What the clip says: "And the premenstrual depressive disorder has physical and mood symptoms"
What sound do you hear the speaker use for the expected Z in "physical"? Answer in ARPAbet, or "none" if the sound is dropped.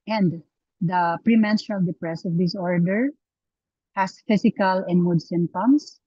S